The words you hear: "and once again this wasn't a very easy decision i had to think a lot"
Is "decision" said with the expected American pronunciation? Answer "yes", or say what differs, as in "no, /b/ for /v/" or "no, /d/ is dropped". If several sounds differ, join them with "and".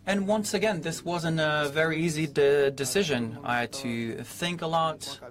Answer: yes